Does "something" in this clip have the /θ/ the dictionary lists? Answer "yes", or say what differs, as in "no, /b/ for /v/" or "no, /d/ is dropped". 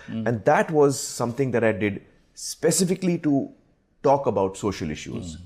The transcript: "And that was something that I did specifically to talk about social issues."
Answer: no, /t/ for /θ/